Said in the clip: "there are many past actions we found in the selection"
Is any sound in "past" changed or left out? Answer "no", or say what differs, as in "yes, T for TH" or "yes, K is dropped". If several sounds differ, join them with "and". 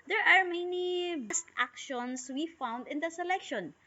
yes, B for P